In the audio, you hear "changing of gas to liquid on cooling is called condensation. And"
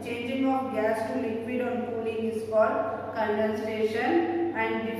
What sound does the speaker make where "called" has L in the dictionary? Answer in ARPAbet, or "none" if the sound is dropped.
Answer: none